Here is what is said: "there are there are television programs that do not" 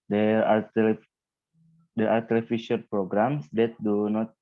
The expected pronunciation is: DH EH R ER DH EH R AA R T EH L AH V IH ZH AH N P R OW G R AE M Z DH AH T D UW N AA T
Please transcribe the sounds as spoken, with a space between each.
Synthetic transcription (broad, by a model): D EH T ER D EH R AA R T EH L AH F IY SH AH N P R OW G R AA M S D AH T D UW N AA T